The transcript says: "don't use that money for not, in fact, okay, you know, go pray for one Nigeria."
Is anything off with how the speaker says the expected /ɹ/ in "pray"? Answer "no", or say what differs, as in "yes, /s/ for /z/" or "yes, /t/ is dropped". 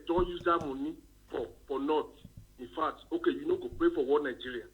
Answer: no